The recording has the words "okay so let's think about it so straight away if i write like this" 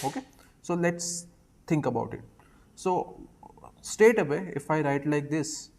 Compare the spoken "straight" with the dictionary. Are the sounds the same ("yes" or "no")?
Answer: no